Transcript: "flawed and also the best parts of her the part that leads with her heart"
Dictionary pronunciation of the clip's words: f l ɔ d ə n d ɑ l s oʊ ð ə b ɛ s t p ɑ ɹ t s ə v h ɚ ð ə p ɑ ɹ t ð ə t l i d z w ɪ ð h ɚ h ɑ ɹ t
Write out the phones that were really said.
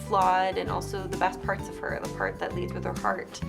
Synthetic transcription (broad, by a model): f l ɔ d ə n ɑ l s oʊ ð ə b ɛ s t p ɑ ɹ t s ə v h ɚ ð ə p ɑ ɹ t ð ə t l i d z w ɪ ð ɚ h ɑ ɹ t